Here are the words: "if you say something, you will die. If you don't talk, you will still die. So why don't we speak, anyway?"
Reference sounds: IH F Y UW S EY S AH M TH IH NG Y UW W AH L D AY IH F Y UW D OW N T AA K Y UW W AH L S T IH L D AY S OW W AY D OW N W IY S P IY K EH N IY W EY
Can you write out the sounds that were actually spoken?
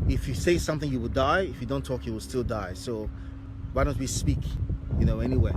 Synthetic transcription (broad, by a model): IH F Y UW S EY S AH M TH IH NG Y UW W AH L D AY IH F Y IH D OW N T AA K Y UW W AH L S T IH L D AY S OW W AY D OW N W IY S P IY K EH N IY W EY